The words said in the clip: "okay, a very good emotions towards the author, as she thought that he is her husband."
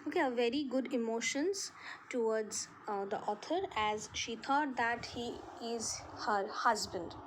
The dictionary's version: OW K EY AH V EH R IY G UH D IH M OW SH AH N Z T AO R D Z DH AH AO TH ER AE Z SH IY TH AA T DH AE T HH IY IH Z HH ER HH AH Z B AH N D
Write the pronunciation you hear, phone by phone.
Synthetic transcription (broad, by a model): OW K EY AH V EH R IY G UH D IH M OW SH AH N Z T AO R D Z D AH AO T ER AE Z SH IY T AA T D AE T HH IY IH Z HH ER HH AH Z B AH N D